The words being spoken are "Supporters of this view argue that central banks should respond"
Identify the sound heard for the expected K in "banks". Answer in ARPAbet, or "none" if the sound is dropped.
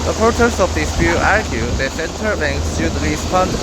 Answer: none